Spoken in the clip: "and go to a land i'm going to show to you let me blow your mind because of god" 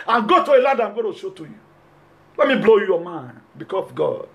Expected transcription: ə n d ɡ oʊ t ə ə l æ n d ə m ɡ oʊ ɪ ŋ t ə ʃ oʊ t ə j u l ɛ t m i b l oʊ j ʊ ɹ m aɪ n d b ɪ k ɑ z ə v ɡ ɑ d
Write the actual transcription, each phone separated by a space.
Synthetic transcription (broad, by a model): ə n ɡ oʊ t ə ə l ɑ d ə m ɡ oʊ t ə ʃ oʊ t ə j u l ɛ t m i b l oʊ j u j m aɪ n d b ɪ k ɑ s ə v ɡ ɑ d